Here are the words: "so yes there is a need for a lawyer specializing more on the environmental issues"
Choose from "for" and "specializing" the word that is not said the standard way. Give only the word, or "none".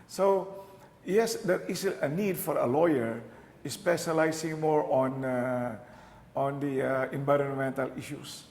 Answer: specializing